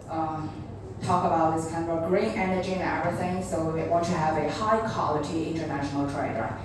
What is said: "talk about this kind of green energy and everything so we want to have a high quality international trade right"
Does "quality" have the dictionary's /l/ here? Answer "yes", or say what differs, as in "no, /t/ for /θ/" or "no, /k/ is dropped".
yes